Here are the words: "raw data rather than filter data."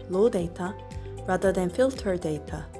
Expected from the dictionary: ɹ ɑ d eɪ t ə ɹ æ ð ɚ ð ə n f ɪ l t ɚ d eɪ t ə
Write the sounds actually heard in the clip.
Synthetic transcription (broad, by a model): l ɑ d eɪ t ə ɹ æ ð ɚ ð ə n f ɪ l t ɚ d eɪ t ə